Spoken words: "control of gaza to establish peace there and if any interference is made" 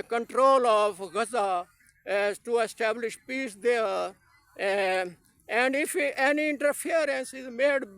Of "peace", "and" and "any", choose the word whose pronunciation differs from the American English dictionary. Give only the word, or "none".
none